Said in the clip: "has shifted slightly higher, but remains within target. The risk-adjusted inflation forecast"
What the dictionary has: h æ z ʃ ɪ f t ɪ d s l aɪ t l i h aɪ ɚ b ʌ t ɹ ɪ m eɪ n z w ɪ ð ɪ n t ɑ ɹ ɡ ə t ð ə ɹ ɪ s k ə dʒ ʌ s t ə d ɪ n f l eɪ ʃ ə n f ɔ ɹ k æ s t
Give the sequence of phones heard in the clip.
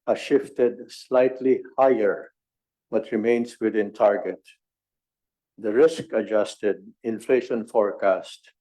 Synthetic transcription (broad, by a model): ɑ ʃ ɪ f t ɪ d s l aɪ t l i h aɪ ɚ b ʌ t ɹ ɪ m eɪ n s w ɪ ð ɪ n t ɑ ɹ ɡ ə t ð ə ɹ ɪ s k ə dʒ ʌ s t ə d ɪ n f l eɪ ʃ ə n f ɔ ɹ k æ s t